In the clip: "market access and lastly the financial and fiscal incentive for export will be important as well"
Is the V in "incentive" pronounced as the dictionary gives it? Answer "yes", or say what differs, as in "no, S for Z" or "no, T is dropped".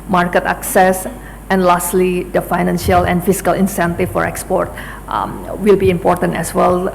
no, F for V